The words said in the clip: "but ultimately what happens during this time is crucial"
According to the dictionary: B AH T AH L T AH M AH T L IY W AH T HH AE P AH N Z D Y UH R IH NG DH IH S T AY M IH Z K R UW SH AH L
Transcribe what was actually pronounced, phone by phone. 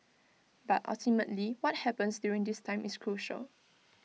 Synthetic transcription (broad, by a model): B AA T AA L T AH M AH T L IY W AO T HH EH P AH N S D Y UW R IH NG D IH S T AY M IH S K R UW SH AH L